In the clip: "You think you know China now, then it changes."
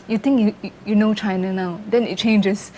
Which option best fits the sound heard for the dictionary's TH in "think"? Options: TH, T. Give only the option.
T